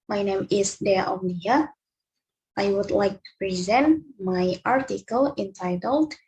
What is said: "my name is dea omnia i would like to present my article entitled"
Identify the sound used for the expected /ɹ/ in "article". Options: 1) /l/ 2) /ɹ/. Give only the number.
2